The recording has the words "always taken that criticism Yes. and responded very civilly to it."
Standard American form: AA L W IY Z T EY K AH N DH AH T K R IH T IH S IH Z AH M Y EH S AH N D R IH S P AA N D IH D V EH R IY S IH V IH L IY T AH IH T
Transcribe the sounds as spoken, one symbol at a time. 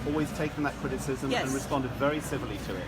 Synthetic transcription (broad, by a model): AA L W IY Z T EY K AH N DH AH T K R IH T IH S IH Z AH M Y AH N R IH S P AA N D IH D V EH R IY S IH V IH L IY T AH IH T